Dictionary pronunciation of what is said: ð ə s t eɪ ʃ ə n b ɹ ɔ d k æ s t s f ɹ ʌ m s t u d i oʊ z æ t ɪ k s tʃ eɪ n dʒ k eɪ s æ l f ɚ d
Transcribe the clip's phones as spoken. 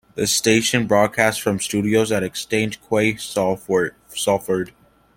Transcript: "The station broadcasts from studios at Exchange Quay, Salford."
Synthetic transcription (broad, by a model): ð ə s t eɪ ʃ ə n b ɹ ɔ d k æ s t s f ɹ ʌ m s t u d i oʊ z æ t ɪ k s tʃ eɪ n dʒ k eɪ s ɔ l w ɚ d